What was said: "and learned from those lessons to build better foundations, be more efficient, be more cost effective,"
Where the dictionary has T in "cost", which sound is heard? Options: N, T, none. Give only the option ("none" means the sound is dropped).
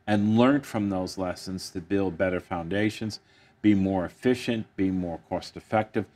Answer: T